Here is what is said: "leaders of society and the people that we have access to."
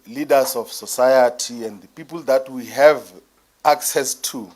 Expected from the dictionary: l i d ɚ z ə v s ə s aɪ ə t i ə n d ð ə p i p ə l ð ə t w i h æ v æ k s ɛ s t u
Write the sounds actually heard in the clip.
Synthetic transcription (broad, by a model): l i d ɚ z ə f s ə s aɪ ə t i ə n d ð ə p i p ə l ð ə t w i h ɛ v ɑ k s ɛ s t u